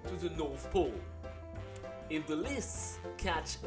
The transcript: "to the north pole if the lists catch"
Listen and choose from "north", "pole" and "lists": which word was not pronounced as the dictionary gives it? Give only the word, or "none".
none